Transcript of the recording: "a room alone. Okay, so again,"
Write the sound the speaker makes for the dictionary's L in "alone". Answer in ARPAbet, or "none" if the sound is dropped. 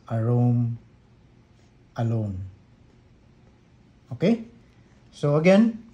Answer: L